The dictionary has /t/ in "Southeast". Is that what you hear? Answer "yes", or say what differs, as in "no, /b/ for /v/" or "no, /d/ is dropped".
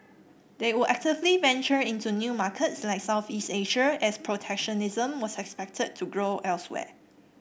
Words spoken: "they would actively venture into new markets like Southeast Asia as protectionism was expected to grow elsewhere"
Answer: yes